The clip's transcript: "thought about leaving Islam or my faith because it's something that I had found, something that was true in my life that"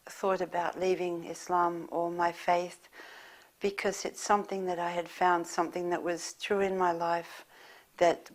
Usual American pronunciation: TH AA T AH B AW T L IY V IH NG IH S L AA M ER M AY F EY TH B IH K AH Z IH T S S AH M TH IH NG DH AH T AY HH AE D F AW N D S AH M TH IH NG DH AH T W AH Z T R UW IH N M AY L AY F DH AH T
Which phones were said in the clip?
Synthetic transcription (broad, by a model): TH AA T AH B AW T L IY V IH NG IH S L AA M ER M AY F EY TH B IH K AH Z IH T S S AH M TH IH NG DH AH T AY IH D F AW N D S AH M TH IH NG DH AH T W AH Z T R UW IH N M AY L AY F DH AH T